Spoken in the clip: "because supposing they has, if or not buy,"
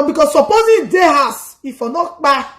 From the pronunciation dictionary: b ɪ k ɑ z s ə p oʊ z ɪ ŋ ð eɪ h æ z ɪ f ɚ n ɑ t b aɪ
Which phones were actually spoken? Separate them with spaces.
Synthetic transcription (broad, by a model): b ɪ k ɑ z s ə p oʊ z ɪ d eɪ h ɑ s ɪ f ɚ n ɑ t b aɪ